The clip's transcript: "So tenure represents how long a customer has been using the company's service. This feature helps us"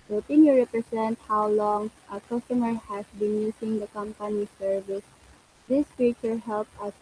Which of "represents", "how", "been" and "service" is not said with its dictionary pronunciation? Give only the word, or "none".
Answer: represents